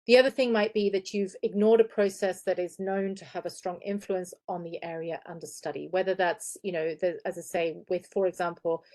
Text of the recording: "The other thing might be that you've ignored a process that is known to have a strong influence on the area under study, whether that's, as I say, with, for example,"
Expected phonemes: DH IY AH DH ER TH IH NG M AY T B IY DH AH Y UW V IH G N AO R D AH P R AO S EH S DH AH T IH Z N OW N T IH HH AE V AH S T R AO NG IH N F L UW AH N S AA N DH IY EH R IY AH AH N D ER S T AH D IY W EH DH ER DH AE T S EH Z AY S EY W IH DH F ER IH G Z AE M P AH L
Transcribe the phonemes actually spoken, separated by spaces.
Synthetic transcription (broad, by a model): DH IY AH DH ER TH IH NG M AY T B IY DH AH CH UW V IH G N AO R D AH P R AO S EH S DH AH T IH Z N OW N T IH V AH S T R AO NG IH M F L UW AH N S N DH IY EH R IY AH AH N D ER S T AH D IY W EH DH ER DH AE T S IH Z AY S EY W IH DH F ER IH G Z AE M P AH L